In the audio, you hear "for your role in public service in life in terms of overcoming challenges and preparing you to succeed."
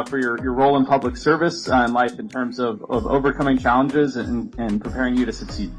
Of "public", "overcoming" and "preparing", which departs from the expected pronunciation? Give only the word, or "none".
none